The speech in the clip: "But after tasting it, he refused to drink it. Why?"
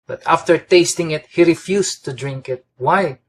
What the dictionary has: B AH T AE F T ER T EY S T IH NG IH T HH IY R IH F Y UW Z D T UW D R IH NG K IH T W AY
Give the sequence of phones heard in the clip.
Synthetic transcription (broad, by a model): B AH T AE F T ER T EY S T IH NG IH T HH IY R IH F Y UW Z T UW D R IH NG K IH T W AY